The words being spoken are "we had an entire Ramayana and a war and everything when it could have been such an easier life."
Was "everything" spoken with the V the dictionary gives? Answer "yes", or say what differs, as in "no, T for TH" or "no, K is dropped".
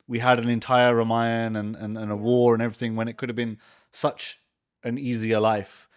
yes